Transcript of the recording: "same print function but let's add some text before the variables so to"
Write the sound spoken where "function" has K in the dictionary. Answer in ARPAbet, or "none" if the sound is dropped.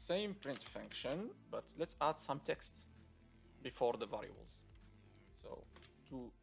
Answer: K